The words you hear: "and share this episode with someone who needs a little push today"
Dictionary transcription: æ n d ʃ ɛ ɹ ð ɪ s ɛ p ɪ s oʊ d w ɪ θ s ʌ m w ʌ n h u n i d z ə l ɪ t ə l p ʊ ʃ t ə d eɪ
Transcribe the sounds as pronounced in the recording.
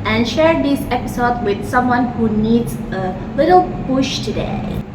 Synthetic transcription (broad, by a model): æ n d ʃ ɛ ɹ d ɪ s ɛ p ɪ s oʊ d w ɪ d s ʌ m w ʌ n h u n i d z ə l ɪ t ə l p ʊ ʃ t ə d eɪ